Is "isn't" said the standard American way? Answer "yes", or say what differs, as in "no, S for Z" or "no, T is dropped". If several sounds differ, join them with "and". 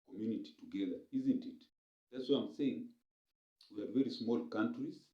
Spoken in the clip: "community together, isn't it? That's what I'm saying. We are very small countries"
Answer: yes